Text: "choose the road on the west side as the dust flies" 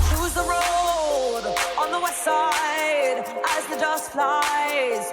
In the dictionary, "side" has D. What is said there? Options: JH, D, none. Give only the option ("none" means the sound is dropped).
D